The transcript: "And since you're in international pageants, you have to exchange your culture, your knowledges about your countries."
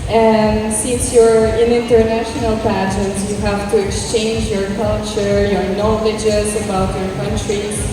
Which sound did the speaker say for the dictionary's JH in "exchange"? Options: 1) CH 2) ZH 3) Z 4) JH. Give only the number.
4